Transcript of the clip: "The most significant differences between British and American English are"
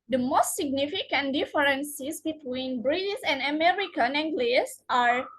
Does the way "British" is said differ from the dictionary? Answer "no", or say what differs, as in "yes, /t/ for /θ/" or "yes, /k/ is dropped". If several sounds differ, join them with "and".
yes, /s/ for /ʃ/